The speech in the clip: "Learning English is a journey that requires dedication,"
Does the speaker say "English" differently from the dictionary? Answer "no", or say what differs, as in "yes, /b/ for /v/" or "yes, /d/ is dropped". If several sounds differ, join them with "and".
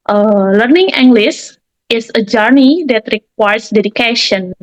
yes, /s/ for /ʃ/